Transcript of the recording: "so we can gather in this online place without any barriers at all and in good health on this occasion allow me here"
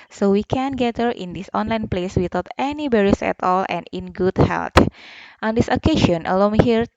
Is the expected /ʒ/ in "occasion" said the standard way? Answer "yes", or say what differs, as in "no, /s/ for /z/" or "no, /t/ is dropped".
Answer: no, /ʃ/ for /ʒ/